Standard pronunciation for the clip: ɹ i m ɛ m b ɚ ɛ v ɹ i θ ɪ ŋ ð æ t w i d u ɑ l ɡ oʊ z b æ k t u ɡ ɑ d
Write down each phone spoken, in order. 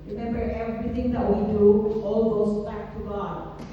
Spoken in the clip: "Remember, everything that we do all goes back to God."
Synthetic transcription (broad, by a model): ɹ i m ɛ m b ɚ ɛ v ɹ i t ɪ ŋ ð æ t w i d u ɑ l ɡ oʊ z b æ k t u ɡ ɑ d